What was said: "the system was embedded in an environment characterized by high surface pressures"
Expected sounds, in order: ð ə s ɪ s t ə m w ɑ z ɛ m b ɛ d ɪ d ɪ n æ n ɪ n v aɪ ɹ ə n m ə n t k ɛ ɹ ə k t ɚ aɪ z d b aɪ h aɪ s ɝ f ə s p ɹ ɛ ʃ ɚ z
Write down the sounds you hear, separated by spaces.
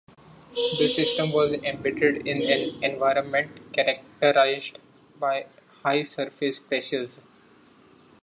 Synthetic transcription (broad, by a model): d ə s ɪ s t ə m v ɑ z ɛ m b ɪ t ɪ d ɪ n æ n ɪ n v aɪ ɹ ə n m ə n t k ɛ ɹ ə k t ɚ aɪ z d b aɪ h aɪ s ɝ f ə s p ɹ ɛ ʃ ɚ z